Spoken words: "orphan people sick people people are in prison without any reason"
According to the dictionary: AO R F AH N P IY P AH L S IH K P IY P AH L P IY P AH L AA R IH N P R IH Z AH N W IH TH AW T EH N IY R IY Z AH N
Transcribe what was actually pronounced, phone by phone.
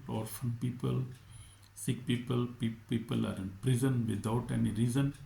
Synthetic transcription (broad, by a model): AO R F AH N P IY P AH L S IH K P IY P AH L P IY P AH L AA R IH N P R IH Z AH N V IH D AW T EH N IY R IY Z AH N